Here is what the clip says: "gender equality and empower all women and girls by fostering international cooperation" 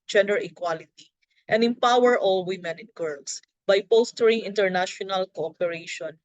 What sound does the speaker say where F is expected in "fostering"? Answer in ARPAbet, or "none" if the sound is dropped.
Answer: P